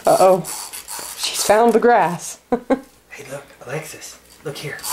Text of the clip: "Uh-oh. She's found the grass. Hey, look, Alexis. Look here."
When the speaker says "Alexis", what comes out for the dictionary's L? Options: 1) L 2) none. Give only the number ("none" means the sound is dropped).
1